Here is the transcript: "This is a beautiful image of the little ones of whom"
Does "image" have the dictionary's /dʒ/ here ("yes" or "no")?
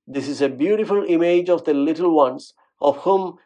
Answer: yes